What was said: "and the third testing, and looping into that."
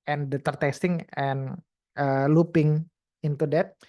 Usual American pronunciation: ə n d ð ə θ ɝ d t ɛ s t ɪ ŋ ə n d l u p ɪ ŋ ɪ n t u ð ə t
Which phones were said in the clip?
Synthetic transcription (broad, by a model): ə n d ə t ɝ t ɛ s t ɪ ŋ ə n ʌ l u p ɪ ŋ ɪ n t u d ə t